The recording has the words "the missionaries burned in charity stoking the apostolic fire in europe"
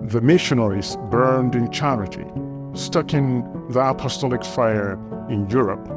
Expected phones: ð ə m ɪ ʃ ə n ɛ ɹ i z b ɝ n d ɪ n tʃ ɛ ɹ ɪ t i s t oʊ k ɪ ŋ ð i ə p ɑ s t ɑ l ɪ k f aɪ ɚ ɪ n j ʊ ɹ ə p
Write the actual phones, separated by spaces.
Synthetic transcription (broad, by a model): ð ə m ɪ ʃ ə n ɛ ɹ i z b ɝ n d ɪ n tʃ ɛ ɹ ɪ t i s t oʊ k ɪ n ð i ə p ɑ s t ɑ l ɪ k f aɪ ɚ ɪ n j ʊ ɹ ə p